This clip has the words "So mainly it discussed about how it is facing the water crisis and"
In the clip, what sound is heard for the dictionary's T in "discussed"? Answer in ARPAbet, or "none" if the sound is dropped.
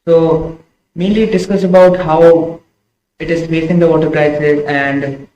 none